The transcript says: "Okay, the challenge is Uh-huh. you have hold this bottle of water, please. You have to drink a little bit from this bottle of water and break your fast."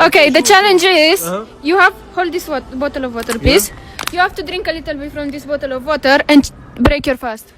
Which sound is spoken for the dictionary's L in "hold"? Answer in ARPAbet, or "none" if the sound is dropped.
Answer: L